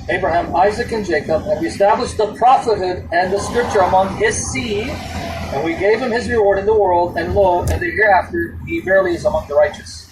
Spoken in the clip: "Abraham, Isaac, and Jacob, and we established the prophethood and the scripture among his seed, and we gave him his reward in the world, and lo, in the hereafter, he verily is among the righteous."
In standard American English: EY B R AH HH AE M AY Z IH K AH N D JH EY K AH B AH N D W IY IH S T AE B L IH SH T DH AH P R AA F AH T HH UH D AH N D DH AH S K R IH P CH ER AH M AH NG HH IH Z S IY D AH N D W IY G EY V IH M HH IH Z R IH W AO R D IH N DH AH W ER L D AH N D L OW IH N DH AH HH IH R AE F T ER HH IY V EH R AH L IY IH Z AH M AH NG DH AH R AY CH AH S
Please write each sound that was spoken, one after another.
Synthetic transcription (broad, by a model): EY B R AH HH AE M AY Z IH K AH N JH EY K AH B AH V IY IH S T AE B L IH SH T DH AH P R AA F AH T HH UH D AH N DH AH S K R IH P CH ER AH M AH NG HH IH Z S IY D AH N W IY G EY V IH M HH IH Z R IH W AO R D IH N DH AH W ER L D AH N L OW IH N DH AH HH IH R AE F T ER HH IY V EH R L IY IH Z AH M AH NG DH AH R AY CH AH S